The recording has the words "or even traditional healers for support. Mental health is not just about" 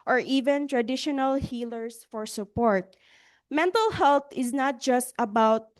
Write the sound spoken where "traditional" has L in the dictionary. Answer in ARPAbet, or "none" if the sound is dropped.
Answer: L